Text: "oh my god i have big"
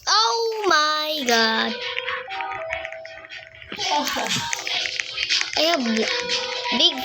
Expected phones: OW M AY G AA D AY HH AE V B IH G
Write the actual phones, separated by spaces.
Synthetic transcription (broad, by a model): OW M AY G AA D AY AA B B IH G